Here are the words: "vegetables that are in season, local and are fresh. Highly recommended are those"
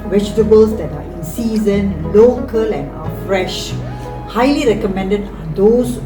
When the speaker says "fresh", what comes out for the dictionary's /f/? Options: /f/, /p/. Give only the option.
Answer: /f/